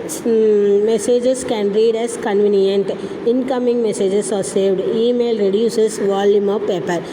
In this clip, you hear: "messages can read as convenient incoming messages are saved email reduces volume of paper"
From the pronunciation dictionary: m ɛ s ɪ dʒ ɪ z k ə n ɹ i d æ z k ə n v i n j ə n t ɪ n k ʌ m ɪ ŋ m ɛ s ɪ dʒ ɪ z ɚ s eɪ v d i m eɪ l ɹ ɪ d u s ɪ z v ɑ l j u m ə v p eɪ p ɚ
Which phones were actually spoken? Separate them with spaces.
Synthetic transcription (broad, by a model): m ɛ s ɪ dʒ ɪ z k ə n ɹ i d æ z k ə n v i n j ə n t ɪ n k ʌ m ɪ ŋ m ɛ s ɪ dʒ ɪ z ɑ s eɪ v d i m eɪ l ɹ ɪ d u s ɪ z v ɑ l j u m ə v p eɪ p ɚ